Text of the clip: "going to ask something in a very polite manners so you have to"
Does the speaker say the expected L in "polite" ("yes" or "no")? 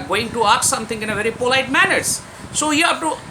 yes